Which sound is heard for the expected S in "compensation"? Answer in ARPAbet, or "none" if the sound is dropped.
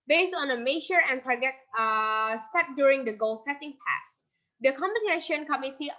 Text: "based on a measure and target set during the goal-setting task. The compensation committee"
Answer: none